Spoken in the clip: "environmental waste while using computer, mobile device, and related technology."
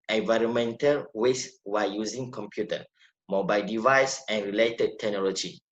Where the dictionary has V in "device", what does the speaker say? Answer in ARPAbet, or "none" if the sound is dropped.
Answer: V